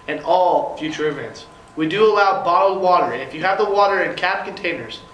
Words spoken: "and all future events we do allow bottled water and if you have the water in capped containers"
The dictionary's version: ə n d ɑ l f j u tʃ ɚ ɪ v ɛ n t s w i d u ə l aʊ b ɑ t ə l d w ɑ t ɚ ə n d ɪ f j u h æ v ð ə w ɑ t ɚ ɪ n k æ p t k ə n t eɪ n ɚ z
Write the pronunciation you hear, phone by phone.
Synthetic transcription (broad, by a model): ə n ɑ l f j u tʃ ɚ ɪ v ɛ n t s w i d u ə l aʊ b ɑ t l w ɑ t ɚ ə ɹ ɪ f j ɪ v ð ə w ɑ t ɚ ɪ n k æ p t k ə n t eɪ n ɚ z